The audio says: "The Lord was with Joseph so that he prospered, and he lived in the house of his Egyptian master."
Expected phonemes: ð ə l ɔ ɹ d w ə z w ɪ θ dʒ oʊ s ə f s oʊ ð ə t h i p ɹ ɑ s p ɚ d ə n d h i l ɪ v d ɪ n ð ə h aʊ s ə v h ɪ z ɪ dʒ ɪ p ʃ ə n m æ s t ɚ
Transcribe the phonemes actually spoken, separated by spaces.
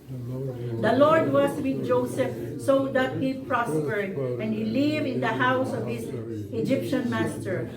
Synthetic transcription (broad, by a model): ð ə l ɔ ɹ d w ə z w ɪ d dʒ oʊ s ə f s oʊ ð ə t h i p ɹ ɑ s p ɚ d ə n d h i l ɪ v ɪ n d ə h aʊ s ə v h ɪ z ɪ dʒ ɪ p ʃ ə n m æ s t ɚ